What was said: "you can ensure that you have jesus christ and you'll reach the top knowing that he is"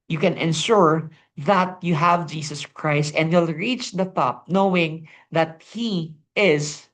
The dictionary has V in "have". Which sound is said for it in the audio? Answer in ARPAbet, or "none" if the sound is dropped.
V